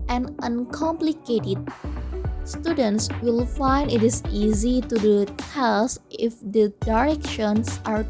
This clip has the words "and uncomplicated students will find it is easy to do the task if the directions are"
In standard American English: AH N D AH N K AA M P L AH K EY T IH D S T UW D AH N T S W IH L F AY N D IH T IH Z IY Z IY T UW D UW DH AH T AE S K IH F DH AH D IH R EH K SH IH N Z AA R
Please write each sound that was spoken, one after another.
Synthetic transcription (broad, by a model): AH N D AH N K AA M P L AH K EY T IH D S T UW D AH N T S W IH L F AY N D IH T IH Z IY Z IY T UW D UW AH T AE S IH F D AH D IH R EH K SH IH N S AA R